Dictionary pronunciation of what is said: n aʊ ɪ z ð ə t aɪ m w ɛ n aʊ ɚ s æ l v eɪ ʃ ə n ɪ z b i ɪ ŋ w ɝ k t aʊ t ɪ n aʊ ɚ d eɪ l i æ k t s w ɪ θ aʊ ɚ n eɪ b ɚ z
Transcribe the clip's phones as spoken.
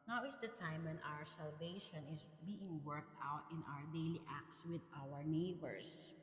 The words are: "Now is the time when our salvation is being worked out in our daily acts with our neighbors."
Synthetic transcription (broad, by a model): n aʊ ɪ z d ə t aɪ m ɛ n aʊ ɚ s æ l v eɪ ʃ ə n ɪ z b i ɪ ŋ w ɝ k t aʊ t ɪ n aʊ ɚ d eɪ l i æ k t s w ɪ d aʊ ɚ n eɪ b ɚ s